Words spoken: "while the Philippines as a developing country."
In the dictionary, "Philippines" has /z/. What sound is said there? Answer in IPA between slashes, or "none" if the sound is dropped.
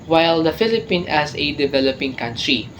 none